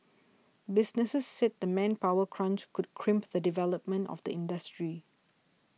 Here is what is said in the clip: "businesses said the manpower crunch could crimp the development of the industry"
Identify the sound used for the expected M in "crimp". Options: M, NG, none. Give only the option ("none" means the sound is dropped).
M